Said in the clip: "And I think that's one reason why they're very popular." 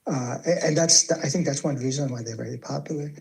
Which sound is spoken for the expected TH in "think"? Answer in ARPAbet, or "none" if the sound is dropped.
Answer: TH